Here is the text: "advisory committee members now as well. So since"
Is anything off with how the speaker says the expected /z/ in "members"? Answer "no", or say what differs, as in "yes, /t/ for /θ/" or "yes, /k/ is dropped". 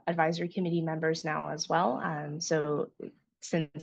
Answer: no